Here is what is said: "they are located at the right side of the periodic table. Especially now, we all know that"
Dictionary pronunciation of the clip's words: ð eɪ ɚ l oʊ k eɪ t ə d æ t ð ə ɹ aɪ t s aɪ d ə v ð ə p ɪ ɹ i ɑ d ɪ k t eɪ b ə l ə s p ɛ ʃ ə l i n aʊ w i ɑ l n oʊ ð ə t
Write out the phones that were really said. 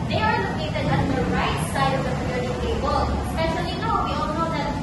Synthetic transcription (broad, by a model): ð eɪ ɚ n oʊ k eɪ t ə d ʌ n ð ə ɹ aɪ t s aɪ d ə v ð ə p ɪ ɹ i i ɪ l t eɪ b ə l s p ɛ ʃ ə l i n aʊ w i ɑ l n oʊ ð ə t